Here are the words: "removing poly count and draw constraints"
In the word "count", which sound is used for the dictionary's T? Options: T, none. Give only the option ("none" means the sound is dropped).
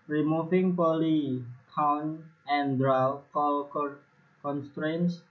none